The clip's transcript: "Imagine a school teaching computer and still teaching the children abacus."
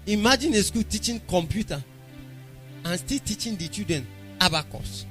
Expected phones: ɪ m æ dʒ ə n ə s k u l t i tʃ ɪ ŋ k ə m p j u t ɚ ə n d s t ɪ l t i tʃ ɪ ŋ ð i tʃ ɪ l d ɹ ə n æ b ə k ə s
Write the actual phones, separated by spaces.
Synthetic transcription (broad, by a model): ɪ m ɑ dʒ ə n ə s k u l t i tʃ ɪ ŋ k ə m p j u t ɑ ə n s t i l t i tʃ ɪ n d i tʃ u d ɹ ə n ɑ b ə k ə s